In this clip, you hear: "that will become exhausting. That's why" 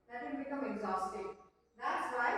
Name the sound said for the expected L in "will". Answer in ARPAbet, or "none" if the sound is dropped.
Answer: N